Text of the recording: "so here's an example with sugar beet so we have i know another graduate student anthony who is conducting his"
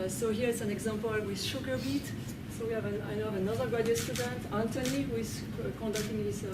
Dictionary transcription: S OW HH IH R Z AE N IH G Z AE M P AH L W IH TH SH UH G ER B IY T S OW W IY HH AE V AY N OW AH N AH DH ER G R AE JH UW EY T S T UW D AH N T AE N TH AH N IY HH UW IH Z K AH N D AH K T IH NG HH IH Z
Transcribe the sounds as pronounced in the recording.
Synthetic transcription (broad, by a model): S OW HH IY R S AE N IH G Z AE M P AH L W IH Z SH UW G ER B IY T S OW W IY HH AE V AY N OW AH N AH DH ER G AE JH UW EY S T UW D AH N T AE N T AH N IY HH UW IH Z K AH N D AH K T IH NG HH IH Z